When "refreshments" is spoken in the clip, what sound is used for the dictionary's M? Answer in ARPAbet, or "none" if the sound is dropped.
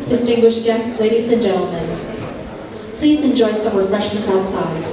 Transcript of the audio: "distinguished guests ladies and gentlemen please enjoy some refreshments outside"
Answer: none